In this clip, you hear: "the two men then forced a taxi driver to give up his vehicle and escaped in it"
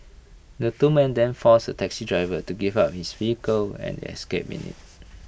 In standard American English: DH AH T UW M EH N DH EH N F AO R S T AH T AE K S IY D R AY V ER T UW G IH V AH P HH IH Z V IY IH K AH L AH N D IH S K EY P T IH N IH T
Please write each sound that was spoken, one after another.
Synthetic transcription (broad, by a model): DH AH T UW M EH N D EH N F AO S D AH T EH K S IY D R AY V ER T UW G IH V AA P HH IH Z V IY IH K AH L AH N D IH S K EY P IH N IH T